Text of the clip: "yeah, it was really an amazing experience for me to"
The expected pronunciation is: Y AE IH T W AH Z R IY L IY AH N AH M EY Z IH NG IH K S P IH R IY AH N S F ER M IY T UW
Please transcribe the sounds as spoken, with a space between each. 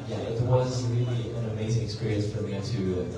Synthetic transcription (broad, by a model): Y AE IH T W AH Z R IY L IY AH N AH M EY Z IH NG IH K S P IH R IY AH N S F ER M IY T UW